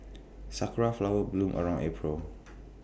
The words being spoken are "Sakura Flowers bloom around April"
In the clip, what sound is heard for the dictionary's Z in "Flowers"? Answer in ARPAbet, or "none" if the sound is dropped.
none